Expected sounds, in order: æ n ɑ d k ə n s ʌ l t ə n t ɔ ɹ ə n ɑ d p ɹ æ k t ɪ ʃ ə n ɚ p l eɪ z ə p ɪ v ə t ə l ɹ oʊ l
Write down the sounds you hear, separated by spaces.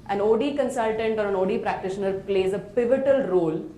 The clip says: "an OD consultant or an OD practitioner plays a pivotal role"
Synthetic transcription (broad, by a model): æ n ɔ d k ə n s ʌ l t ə n t ɔ ɹ ə n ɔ d p ɹ æ k t ɪ ʃ ə n ɚ p l eɪ z ə p ɪ v ə t ə l ɹ oʊ l